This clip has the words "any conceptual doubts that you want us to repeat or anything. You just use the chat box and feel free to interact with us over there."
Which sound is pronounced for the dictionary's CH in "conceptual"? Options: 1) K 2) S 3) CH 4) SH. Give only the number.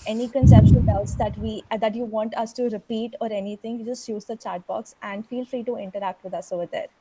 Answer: 4